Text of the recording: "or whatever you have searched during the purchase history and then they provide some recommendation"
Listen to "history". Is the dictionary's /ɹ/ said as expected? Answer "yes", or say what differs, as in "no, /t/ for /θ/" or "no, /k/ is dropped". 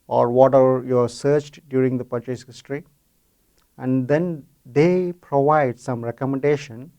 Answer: yes